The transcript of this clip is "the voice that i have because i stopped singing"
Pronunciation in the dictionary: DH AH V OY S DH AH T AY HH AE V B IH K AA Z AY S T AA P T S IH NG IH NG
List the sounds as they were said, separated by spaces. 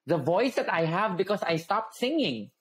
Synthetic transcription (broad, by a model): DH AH V OY S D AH T AY HH AE V B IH K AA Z AY S T AA P T S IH NG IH NG